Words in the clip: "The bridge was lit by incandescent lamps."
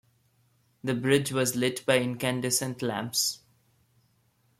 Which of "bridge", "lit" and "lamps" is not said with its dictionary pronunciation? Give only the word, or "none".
none